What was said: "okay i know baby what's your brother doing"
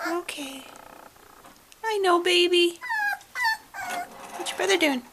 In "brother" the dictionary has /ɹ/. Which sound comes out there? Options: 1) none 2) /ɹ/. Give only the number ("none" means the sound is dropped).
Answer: 1